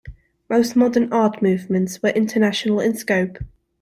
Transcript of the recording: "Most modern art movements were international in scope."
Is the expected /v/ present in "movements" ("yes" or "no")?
yes